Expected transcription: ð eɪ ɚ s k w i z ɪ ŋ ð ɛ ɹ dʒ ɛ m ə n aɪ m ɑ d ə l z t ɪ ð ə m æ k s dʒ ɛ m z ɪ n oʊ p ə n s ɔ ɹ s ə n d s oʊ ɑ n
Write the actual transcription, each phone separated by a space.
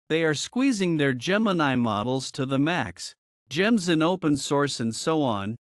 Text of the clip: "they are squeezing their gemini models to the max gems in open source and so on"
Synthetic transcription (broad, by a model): ð eɪ ɚ s k w i z ɪ ŋ ð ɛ ɹ dʒ ɛ m ə n aɪ m ɑ d l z t ɪ ð ə m æ k s dʒ ɛ m z ɪ n oʊ p ə n s ɔ ɹ s ə n d s oʊ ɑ n